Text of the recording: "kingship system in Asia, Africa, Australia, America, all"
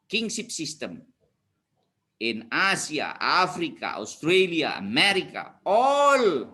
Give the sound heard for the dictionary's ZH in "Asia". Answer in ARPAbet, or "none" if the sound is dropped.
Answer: S